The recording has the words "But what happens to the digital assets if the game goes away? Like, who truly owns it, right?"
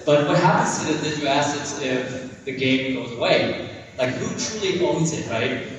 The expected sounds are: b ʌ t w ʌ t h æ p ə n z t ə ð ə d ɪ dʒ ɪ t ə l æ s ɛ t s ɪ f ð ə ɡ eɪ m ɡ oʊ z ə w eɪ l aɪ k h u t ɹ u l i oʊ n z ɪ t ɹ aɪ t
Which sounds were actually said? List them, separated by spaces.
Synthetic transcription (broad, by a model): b ʌ t w ʌ t h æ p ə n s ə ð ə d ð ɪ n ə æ s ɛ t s ɪ f ð ə ɡ eɪ m ɡ oʊ z ə w eɪ l aɪ k h u t ɹ u l i oʊ n z ɪ t ɹ aɪ t